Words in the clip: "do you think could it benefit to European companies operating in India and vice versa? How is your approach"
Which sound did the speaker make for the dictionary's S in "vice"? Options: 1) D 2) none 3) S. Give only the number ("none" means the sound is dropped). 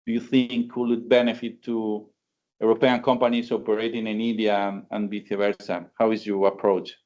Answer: 2